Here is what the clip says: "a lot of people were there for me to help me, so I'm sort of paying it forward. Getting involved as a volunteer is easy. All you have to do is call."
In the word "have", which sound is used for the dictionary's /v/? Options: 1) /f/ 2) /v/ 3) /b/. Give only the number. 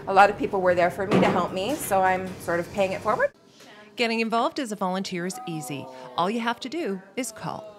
1